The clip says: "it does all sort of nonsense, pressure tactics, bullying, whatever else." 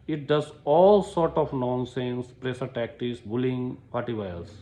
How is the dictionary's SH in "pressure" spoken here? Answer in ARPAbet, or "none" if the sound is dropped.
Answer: S